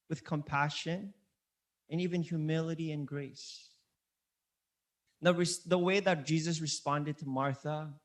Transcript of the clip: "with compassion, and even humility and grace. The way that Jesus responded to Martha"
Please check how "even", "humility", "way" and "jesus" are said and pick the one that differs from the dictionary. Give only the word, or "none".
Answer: none